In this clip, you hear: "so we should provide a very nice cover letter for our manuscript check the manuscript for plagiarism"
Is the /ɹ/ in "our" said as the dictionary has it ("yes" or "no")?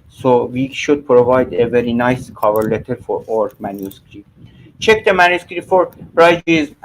yes